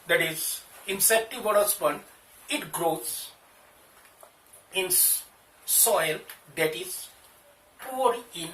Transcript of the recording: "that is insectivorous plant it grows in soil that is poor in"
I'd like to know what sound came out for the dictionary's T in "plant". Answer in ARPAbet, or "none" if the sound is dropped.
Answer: none